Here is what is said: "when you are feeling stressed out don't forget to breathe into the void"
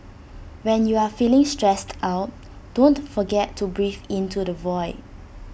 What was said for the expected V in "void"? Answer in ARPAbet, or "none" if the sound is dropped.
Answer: V